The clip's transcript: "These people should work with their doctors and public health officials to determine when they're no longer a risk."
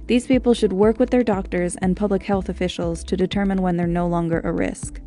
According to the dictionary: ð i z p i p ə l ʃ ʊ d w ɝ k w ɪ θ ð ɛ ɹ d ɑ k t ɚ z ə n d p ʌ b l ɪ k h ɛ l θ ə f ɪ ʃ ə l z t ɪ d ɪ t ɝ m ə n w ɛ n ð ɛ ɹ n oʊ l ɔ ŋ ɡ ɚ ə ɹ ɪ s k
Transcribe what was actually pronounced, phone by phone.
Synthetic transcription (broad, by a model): ð i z p i p l ʃ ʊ d w ɝ k w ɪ ð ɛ ɹ d ɑ k t ɚ z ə n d p ʌ b l ɪ k h ɛ l θ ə f ɪ ʃ l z t ɪ d ɪ t ɝ m ə n w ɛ n ð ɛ ɹ n oʊ l ɔ ŋ ɡ ɚ ə ɹ ɪ s k